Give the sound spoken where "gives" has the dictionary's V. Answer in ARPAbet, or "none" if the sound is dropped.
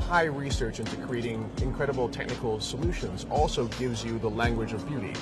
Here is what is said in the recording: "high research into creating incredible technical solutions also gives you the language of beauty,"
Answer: V